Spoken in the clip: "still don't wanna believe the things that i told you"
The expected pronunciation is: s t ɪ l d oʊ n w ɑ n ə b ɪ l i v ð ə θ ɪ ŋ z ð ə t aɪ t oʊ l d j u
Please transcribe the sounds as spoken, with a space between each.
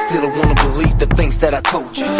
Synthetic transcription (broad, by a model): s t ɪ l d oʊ w ɑ n ə b ɪ l i v ð ə θ ɪ ŋ z ð ə t aɪ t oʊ l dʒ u